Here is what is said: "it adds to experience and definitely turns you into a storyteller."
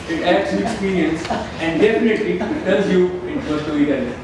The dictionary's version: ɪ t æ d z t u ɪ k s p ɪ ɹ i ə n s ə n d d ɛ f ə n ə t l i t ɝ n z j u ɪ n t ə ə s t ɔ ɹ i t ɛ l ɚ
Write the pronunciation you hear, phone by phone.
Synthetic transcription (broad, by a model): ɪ t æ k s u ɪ k s p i ɹ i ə n s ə n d d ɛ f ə n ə t l i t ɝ l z j u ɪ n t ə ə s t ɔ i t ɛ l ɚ